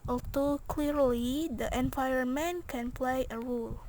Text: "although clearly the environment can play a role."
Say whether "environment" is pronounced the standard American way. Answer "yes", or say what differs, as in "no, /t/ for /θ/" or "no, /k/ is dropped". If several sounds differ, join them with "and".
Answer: no, /ɹ/ is dropped